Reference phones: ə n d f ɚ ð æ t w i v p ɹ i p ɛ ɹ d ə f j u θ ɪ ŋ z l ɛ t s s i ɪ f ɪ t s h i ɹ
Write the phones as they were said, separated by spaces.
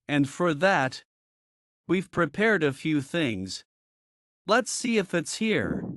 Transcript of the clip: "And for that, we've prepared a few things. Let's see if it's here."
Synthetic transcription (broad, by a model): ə n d f ɚ ð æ t w i v p ɹ i p ɛ ɹ d ə f j u θ ɪ ŋ z l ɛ t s s i ɪ f ɪ t s h i ɹ